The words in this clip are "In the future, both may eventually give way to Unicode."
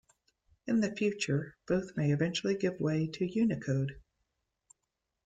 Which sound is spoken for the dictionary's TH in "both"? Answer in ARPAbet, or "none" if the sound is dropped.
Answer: TH